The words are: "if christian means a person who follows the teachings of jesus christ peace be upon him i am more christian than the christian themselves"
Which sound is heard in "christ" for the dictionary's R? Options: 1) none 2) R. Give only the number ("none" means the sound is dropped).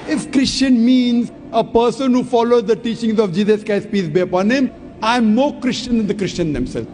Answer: 1